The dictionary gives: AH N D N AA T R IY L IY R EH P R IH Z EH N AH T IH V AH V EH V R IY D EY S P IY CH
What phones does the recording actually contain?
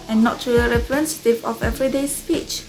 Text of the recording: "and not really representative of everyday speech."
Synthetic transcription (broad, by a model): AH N N AA T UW IY R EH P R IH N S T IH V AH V EH V R IY D EY S P IY CH